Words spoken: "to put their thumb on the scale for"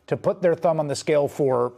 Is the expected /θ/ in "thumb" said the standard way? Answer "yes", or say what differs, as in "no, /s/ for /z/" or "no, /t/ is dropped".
yes